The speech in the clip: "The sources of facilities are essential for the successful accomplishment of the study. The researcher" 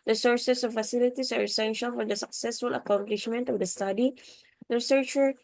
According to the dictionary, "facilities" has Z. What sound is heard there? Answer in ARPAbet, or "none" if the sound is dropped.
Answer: S